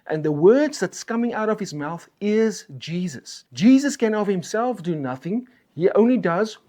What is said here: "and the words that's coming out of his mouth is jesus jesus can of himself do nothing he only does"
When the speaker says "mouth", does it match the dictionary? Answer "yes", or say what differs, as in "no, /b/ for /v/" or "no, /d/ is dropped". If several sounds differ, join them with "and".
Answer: yes